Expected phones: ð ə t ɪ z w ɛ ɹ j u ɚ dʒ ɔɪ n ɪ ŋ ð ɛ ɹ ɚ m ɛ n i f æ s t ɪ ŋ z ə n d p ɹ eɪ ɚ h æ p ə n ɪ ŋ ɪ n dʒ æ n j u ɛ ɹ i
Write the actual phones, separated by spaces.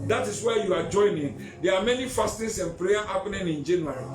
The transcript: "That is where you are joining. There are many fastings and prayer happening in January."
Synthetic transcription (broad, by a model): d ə t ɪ s w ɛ j u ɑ dʒ ɔɪ n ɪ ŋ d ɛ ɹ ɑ m ɛ n i f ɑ s t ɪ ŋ s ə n p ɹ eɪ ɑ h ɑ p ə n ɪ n ɪ n dʒ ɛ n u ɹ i